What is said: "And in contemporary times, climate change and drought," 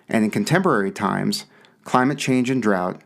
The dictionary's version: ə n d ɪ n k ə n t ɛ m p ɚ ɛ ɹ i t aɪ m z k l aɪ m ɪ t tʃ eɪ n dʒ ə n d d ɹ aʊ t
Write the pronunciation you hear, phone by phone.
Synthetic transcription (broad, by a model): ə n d ɪ n k ə n t ɛ m p ɚ ɛ ɹ i t aɪ m z k l aɪ m ɪ t tʃ eɪ n dʒ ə n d d ɹ aʊ t